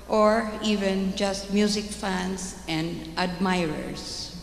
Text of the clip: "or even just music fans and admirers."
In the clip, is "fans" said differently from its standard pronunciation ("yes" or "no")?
yes